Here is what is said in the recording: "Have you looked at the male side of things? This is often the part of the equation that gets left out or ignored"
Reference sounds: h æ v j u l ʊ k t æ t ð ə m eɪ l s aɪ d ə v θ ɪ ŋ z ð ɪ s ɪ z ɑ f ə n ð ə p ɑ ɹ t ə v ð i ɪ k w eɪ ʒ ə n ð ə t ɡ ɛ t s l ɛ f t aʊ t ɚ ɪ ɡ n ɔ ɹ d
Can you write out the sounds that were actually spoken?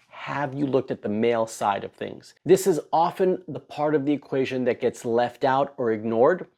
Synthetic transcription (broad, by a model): h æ v j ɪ l ʊ k t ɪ t ð ə m eɪ l s aɪ d ə v θ ɪ ŋ z ð ɪ s ɪ z ɑ f ə n ð ə p ɑ ɹ t ə v ð i ɪ k w eɪ ʒ ə n ð ə t ɡ ɛ t s l ɛ f t aʊ t ɚ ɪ ɡ n ɔ ɹ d